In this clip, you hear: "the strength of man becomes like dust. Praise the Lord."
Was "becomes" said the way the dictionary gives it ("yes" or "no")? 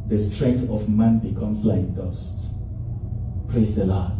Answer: no